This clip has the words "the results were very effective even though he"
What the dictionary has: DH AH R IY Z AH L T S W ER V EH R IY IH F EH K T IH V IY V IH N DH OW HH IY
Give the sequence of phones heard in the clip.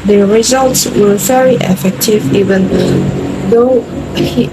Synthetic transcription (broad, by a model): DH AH R IY Z AH L T S W ER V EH R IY IH F EH K T IH V IY V IH N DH OW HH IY